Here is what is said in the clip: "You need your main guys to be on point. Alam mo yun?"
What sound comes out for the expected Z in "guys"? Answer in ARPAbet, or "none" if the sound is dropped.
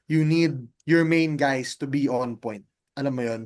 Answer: S